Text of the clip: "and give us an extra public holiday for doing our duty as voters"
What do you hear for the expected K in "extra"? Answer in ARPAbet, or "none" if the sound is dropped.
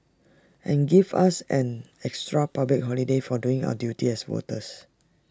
K